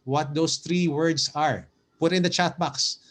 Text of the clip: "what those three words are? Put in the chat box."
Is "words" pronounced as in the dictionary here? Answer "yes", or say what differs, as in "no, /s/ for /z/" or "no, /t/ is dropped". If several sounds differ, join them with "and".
no, /s/ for /z/